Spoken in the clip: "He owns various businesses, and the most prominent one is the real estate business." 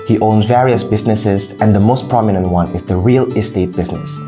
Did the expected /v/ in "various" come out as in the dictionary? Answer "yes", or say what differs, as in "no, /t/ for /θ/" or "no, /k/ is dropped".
yes